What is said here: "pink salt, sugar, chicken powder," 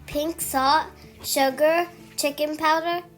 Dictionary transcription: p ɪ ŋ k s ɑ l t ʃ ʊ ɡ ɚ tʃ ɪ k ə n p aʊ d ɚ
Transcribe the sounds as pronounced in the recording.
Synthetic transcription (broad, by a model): p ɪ ŋ k s ɑ t ʃ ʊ ɡ ɚ tʃ ɪ k ə n p aʊ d ɚ